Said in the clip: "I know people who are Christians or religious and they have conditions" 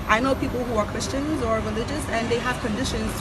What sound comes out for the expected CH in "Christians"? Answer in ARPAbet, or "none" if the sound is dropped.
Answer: CH